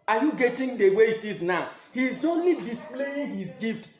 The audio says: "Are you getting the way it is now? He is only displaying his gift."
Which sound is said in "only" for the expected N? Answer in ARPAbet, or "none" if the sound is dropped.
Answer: N